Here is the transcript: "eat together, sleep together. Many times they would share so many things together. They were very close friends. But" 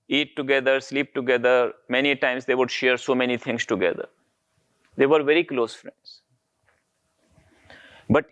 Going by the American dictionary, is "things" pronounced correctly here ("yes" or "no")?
no